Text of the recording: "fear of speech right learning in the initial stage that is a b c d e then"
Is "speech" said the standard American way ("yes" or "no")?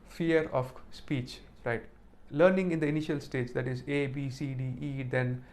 yes